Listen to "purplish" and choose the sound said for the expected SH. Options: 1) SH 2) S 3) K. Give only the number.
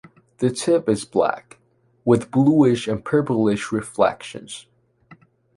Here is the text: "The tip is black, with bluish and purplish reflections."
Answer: 1